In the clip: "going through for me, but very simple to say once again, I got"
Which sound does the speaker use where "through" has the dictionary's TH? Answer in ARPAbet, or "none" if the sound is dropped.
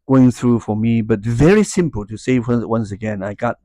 TH